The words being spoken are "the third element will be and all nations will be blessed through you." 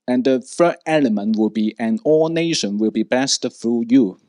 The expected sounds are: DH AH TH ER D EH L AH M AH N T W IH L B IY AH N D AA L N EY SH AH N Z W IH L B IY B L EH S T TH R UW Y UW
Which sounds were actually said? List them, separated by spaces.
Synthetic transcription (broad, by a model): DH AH F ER EH L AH M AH N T W IH L B IY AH N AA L N EY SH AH N W IH L B IY B EH S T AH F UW Y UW